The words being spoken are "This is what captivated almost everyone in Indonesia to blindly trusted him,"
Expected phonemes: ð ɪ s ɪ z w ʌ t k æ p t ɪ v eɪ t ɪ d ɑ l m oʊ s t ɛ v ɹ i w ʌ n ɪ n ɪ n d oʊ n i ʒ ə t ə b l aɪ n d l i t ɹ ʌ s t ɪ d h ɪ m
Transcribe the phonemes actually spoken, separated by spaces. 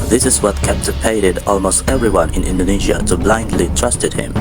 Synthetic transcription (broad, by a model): ð ɪ s ɪ z w ʌ t k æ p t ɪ p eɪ t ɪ d ɑ l m oʊ s t ɛ v ɹ i w ʌ n ɪ n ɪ n d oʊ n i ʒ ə t ə b l aɪ n d l i t ɹ ʌ s t ɪ d h ɪ m